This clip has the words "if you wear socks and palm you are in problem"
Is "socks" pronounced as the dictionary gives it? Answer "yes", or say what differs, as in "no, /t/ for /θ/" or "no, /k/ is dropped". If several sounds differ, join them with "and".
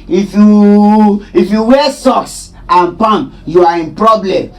no, /k/ is dropped